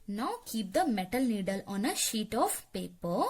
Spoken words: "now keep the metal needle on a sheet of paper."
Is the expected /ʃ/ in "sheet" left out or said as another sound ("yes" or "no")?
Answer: no